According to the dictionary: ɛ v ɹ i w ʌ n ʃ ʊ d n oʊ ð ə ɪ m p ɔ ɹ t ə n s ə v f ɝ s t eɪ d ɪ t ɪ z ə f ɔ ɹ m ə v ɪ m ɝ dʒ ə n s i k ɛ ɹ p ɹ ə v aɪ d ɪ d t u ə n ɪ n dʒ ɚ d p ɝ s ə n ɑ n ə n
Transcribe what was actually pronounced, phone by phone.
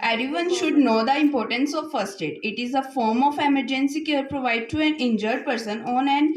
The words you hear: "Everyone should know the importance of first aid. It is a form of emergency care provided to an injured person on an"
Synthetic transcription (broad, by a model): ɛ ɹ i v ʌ n ʃ ʊ d n oʊ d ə ɪ m p ɔ ɹ t ə n s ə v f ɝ s t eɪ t ɪ t ɪ z ə f ɔ ɹ m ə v ɪ m ɝ dʒ ə n s i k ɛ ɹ p ɹ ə v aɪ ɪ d t u ə n ɪ n dʒ ɚ d p ɝ s ə n ɑ n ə n